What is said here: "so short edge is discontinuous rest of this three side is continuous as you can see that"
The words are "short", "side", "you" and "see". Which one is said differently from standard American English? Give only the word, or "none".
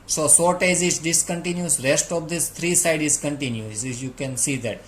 short